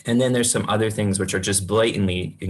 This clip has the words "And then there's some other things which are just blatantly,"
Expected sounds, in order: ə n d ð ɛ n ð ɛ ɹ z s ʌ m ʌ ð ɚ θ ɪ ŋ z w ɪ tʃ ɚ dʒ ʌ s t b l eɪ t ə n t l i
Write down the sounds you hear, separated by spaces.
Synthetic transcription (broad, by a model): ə n ð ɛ n ð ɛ ɹ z s ʌ m ʌ ð ɚ θ ɪ ŋ z w ɪ tʃ ɚ dʒ ʌ s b l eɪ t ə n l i